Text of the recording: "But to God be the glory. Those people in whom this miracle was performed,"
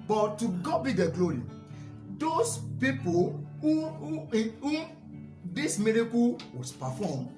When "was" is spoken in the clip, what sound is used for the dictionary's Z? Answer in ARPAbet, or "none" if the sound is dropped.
S